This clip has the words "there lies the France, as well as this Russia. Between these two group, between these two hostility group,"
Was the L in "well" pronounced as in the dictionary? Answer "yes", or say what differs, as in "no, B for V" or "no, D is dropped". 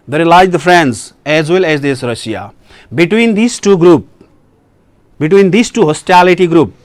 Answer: yes